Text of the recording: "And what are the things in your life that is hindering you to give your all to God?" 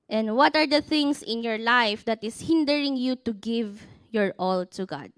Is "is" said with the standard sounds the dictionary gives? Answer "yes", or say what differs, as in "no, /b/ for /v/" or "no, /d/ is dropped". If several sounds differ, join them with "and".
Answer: no, /s/ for /z/